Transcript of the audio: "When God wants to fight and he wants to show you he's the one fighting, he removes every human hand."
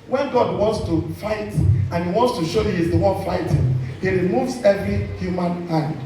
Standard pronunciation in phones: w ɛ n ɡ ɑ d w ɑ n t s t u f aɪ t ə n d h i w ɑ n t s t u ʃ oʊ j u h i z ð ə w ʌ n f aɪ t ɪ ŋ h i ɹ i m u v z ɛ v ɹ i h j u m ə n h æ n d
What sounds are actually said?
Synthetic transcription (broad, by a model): w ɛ n ɡ ɑ d w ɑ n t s t u f aɪ t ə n h i w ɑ n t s t u ʃ oʊ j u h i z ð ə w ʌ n f aɪ t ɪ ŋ h i ɹ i m u v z ɛ v ɹ i h j u m ə n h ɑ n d